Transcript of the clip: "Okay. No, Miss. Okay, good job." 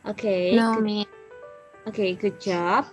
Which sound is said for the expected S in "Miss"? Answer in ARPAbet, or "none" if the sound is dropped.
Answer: none